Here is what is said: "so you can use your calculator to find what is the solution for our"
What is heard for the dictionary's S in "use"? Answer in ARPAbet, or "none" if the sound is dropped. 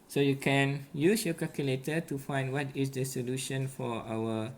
S